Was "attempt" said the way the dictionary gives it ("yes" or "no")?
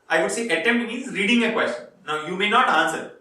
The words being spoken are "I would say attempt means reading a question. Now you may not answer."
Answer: no